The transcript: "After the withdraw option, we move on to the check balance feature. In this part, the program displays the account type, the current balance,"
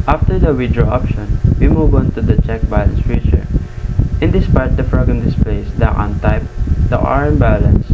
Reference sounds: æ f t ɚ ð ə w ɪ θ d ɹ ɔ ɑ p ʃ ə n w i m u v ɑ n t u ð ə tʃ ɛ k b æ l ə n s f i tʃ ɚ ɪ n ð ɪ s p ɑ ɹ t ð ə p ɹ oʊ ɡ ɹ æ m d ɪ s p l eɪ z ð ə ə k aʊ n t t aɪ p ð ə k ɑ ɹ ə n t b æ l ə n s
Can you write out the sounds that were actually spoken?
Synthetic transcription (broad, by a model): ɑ f t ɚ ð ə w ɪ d ɹ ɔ ɑ p ʃ ə n w i m u v ɑ n t u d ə tʃ ɛ k b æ l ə n s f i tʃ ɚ ɪ n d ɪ s p ɑ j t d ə f ɹ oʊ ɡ ʌ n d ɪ s p l eɪ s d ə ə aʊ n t t aɪ p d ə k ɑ ɹ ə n b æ l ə n s